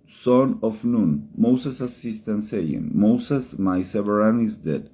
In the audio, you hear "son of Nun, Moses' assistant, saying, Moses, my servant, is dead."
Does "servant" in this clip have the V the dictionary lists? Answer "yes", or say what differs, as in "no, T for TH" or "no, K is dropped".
no, V is dropped